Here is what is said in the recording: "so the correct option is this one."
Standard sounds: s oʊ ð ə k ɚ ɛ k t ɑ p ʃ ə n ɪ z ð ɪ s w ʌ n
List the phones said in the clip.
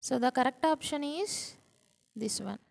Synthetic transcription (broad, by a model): s oʊ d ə k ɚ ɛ k t ɑ p ʃ ə n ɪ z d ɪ s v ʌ n